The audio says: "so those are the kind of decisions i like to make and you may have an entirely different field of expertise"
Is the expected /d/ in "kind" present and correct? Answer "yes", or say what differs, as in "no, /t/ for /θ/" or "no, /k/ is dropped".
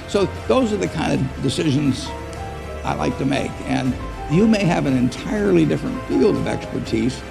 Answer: yes